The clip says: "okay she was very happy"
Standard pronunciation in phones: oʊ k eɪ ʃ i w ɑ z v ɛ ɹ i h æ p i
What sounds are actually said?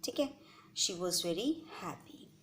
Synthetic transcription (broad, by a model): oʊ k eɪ ʃ i w ɑ z v ɛ ɹ i h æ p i